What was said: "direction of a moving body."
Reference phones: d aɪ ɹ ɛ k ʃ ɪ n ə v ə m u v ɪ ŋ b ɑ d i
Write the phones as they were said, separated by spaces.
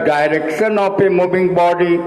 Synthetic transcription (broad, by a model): d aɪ ɹ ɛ k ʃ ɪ n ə p ə m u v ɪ ŋ b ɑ d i